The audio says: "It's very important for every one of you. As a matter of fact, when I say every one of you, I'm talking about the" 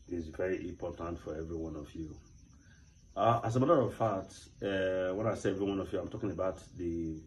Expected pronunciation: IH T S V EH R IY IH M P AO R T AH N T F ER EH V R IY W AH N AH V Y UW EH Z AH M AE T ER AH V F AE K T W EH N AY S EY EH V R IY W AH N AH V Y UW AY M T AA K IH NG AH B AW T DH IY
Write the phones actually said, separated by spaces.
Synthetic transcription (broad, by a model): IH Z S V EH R IY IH M P AO T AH N T F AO EH V R IY W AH N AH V Y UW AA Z AH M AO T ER AH V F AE T W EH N AY S EY EH V R IY W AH N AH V Y UW AY M T AA K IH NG AH B AW T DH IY